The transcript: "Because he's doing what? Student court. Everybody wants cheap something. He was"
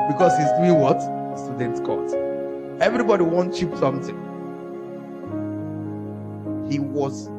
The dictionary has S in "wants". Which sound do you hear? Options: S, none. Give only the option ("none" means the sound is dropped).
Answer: none